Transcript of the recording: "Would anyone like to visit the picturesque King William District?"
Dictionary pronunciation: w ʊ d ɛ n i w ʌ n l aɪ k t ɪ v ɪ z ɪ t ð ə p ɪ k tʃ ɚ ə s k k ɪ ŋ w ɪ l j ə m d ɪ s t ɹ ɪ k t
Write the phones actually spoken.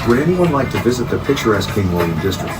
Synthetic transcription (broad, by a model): w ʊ d ɛ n i w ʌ n l aɪ k t ɪ v ɪ z ɪ t ð ə p ɪ k tʃ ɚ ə s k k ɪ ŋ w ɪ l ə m d ɪ s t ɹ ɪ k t